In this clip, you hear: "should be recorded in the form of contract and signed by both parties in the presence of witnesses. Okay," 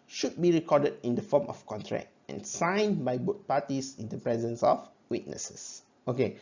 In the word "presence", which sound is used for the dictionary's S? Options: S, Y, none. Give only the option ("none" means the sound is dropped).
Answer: S